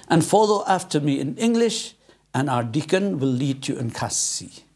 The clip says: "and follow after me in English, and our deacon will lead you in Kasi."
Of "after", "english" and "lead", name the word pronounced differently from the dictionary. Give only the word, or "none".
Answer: none